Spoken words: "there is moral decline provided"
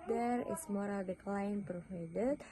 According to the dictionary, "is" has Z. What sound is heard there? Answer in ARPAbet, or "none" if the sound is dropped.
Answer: S